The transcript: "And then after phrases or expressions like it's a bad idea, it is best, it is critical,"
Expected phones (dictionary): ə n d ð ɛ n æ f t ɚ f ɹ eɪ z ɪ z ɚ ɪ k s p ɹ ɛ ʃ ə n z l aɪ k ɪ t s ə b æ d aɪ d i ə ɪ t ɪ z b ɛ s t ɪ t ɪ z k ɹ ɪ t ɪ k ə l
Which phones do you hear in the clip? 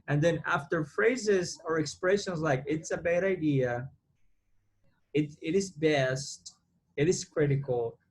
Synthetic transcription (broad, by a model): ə n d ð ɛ n æ f t ɚ f ɹ eɪ z ɪ z ɚ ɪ k s p ɹ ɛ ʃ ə n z l aɪ k ɪ t s ə b æ d aɪ d i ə ɪ t ɪ z b ɛ s t ɪ t ɪ z k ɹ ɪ t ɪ k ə l